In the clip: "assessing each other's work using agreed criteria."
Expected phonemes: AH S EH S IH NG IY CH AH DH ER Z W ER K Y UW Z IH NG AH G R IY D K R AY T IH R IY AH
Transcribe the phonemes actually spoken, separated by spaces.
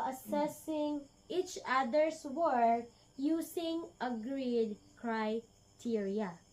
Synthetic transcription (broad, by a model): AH S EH S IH NG IY CH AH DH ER S W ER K Y UW S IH NG AH G R IY D K R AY T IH R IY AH